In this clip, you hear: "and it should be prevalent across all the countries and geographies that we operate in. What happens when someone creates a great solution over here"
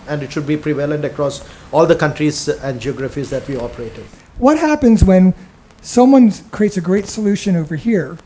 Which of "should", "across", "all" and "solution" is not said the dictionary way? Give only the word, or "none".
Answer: none